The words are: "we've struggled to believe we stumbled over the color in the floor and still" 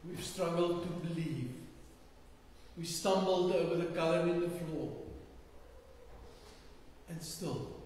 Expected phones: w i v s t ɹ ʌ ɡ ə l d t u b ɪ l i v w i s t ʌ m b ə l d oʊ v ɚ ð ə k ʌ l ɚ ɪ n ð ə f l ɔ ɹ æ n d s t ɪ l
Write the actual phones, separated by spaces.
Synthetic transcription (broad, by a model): w i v s t ɹ ʌ ɡ ə l d t u b ɪ l i v w i s t ʌ m b ə l d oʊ v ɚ ð ə k ʌ l ɚ ɪ n ð ə f l ɔ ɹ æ n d s t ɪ l